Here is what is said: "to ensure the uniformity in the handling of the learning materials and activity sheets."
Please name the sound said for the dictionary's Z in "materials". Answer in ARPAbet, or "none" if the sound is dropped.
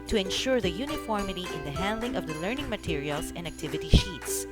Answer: S